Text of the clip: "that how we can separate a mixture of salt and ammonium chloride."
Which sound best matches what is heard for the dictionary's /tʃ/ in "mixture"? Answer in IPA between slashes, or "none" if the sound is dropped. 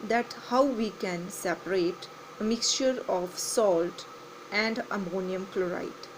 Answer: /tʃ/